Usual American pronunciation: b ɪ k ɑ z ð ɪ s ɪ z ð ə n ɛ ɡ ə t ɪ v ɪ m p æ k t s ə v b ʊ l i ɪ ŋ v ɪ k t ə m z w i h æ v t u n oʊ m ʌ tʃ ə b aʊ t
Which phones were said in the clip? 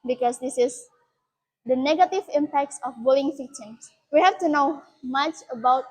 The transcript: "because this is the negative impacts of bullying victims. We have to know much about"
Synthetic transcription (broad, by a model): b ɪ k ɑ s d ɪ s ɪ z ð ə n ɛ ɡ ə t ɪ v ɪ m p æ k t s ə f b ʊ l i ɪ ŋ f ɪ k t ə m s w i h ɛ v t u n oʊ m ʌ tʃ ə b aʊ t